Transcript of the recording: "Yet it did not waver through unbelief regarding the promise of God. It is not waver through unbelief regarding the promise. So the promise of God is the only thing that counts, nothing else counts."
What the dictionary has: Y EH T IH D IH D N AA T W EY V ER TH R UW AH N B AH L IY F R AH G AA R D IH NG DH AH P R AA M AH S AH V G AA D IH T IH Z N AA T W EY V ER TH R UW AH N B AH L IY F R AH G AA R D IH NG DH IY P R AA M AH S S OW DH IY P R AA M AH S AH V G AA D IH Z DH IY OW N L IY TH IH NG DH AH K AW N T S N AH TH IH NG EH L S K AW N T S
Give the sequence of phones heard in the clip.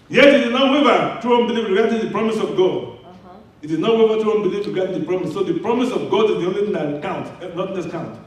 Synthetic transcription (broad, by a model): Y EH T IH D IH D N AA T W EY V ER T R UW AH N B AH L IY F R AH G AA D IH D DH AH P R AA M AH S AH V G AA D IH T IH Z N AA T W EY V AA T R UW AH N B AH L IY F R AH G AA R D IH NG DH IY P R AA M AH S S OW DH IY P R AA M AH S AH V G AA D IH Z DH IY OW N L IY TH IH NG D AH K AW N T N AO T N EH S K AW N T